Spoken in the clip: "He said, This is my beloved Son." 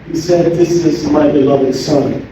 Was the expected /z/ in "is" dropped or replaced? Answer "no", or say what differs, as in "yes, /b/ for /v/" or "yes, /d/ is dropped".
no